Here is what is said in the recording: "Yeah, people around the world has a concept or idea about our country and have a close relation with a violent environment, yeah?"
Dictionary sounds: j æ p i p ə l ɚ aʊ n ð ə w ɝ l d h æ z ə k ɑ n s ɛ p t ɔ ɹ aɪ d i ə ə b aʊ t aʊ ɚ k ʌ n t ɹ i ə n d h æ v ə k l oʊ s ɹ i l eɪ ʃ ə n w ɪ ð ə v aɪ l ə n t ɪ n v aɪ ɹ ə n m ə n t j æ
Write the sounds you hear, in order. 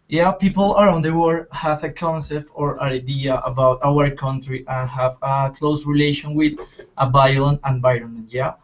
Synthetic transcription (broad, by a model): j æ p i p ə l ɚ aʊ n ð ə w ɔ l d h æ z ə k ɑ n s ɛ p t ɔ ɹ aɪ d i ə ə b aʊ t aʊ ɚ k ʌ n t ɹ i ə n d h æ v ə k l oʊ s ɹ i l eɪ ʃ ə n w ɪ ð ə b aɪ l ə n ɪ n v aɪ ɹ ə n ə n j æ